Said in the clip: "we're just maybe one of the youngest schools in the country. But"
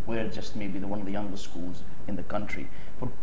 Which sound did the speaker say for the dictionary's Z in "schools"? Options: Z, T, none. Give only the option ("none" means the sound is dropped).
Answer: Z